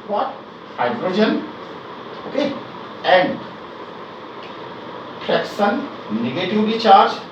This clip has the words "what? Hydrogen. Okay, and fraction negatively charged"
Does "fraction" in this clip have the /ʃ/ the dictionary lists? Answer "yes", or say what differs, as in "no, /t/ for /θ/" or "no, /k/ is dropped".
no, /s/ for /ʃ/